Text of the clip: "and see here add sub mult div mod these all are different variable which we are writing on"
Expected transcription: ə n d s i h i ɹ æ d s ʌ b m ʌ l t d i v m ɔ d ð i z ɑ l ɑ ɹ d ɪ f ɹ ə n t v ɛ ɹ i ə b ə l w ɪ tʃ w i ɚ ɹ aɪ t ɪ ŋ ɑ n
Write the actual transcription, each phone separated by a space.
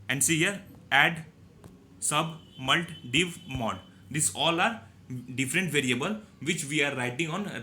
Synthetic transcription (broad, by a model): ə n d s i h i ɹ æ d s ʌ b m ʌ l t d i v m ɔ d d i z ɑ l ɑ ɹ d ɪ f ɹ ə n t v ɛ ɹ i ə b ə l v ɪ tʃ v i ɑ ɹ aɪ t ɪ ŋ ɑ n